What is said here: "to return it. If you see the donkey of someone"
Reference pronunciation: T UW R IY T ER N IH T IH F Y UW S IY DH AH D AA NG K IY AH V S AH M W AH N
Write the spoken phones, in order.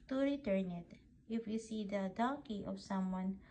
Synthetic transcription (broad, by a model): T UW R IY T ER N IH T IH F Y UW S IY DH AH D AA K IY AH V S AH M W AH N